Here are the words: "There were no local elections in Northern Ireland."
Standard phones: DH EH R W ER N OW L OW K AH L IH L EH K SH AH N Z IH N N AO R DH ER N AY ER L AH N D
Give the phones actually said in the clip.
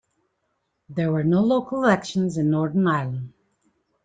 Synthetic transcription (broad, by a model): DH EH R W ER N OW L OW K AH L IH L EH K SH AH N Z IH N N AO R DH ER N AY ER L AH N D